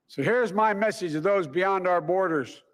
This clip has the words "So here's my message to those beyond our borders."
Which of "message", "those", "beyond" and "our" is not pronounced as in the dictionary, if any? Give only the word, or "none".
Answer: none